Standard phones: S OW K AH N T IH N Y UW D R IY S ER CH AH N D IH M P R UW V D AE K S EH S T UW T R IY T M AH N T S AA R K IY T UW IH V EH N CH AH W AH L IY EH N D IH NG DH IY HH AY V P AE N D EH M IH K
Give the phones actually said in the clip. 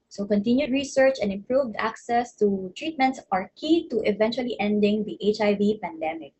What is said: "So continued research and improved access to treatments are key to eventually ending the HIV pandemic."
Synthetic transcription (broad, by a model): S OW K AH N T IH N Y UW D R IY S ER CH AH N D IH M P R UW V D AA K S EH S T UW T R IY T M AH N T S AA R K IY T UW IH V EH N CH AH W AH L IY EH N D IH NG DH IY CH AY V P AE N D EH M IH K